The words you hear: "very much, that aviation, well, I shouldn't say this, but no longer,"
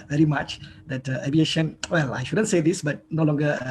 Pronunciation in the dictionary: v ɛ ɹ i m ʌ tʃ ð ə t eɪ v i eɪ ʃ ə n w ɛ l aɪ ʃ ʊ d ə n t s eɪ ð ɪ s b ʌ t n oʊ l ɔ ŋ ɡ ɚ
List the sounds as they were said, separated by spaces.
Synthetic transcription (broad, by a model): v ɛ ɹ i m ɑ tʃ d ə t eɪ b i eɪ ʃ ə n w ɛ l aɪ ʃ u d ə n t s eɪ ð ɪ s b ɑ t n oʊ l ɔ ŋ ɡ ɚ